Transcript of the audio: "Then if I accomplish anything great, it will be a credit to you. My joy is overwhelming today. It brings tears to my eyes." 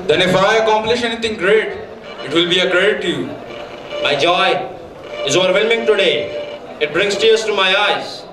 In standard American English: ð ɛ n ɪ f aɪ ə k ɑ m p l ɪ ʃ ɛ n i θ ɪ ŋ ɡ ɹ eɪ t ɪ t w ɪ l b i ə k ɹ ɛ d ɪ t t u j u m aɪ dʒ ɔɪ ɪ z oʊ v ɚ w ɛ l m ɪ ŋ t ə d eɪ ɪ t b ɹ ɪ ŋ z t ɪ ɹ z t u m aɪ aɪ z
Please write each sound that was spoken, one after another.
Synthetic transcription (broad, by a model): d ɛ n ɪ f aɪ ə k ɑ m p l ɪ ʃ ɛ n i t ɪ ŋ ɡ ɹ eɪ t ɪ t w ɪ l b i ə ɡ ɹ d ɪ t t u j u m aɪ dʒ ɔɪ ɪ z oʊ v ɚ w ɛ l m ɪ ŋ t ə d eɪ ɪ t b ɹ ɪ ŋ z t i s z t u m aɪ aɪ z